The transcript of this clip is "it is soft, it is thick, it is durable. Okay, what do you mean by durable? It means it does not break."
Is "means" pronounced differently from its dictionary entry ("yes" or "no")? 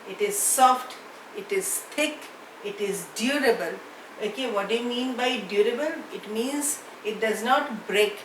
no